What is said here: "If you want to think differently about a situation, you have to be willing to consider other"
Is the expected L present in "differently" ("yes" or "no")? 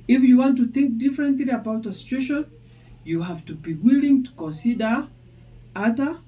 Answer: yes